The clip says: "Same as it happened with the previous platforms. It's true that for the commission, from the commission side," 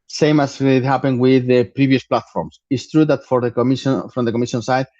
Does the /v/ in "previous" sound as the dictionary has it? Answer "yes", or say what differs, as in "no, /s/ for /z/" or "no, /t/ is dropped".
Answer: no, /b/ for /v/